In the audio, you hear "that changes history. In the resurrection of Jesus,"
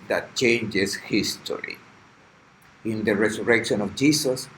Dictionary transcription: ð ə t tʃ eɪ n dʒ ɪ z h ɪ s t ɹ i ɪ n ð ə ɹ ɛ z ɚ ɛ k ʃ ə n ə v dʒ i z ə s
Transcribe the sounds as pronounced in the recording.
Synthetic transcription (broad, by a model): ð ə t tʃ eɪ n dʒ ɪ s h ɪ s t ɹ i ɪ n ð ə ɹ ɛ s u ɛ k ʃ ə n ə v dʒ i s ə s